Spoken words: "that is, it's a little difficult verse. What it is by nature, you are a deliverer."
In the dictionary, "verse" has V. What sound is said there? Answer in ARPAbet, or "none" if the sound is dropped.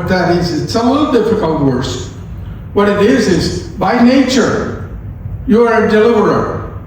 W